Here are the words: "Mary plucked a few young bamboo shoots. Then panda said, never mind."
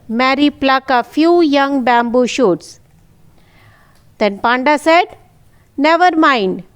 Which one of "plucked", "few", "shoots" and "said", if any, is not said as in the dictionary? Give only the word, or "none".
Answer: plucked